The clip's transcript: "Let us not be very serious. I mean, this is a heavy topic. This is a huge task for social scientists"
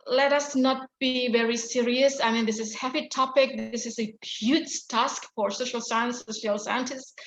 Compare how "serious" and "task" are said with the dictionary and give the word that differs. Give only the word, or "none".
none